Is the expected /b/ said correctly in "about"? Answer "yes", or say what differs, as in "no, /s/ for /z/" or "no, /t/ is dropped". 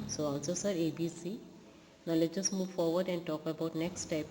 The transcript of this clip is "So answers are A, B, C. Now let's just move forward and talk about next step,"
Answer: yes